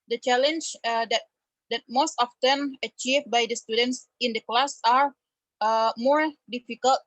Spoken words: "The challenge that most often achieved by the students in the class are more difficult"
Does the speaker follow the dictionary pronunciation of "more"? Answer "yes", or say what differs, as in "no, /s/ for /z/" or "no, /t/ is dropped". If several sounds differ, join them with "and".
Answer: yes